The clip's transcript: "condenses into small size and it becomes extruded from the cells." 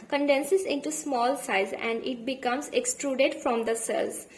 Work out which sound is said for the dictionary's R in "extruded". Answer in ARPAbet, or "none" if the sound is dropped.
R